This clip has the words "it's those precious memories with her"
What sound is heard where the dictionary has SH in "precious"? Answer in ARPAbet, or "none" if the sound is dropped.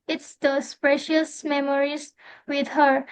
SH